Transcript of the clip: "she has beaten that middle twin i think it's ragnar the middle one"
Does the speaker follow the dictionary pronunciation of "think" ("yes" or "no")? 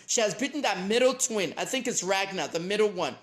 yes